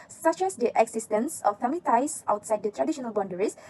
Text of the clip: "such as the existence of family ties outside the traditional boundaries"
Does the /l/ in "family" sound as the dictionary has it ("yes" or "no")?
no